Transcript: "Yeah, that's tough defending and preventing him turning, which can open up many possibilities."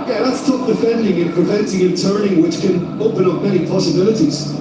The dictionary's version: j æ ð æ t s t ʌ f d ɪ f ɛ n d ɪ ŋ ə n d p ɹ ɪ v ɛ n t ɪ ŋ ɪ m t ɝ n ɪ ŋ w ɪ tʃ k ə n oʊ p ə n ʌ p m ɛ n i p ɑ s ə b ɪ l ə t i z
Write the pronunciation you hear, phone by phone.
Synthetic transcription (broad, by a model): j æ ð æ t s t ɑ p d ɪ f ɛ n d ɪ ŋ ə n p ɹ ɪ v ɛ n t ɪ ŋ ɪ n t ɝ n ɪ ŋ w ɪ tʃ k ə n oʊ p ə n ʌ p m ɛ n i p ɑ s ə b ɪ l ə t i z